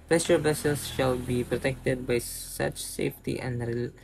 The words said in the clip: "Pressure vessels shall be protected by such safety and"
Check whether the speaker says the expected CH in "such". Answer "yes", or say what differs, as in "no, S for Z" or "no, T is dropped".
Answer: yes